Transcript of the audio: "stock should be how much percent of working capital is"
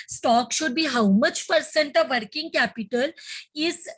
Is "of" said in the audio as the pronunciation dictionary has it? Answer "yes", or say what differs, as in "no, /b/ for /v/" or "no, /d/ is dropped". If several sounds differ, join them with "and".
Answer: yes